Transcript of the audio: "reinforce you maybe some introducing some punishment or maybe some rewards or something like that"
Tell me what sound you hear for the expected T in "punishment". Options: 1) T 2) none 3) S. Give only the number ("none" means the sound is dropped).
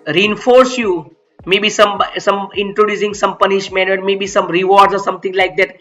2